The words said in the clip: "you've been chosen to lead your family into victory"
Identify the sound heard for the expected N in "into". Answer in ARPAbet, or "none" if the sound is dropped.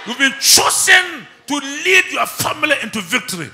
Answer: N